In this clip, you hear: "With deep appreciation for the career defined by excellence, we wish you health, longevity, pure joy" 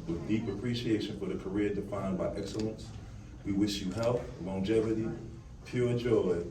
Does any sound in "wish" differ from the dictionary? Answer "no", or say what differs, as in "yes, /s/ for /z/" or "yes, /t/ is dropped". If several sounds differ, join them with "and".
no